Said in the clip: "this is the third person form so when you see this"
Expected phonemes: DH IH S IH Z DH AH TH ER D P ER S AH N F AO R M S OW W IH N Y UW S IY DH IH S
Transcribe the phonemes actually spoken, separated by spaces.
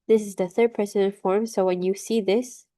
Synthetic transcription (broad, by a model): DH IH S IH Z DH AH TH ER D P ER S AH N F AO R M S OW W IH N Y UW S IY DH IH S